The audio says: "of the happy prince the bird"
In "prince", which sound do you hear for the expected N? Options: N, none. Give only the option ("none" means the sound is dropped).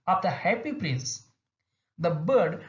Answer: N